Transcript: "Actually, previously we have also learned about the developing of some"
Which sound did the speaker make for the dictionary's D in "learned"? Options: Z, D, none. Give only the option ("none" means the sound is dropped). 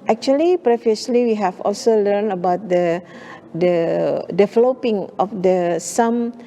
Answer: none